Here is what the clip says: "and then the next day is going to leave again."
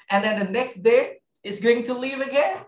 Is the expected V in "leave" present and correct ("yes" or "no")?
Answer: yes